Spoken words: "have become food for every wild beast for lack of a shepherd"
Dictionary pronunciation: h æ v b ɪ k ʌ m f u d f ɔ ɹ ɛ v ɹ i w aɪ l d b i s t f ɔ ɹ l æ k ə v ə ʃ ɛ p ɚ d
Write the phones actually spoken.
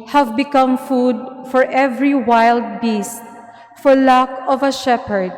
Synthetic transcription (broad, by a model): h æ v b ɪ k ʌ m f u d f ɔ ɹ ɛ v ɹ i w aɪ l d b i s t f ɔ ɹ l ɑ k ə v ə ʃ ɛ p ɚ d